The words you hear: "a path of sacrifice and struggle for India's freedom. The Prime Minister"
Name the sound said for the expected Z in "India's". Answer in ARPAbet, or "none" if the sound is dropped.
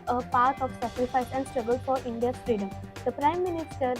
none